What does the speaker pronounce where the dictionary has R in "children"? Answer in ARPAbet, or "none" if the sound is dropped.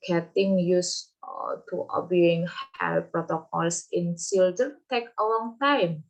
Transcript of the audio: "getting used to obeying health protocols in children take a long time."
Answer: none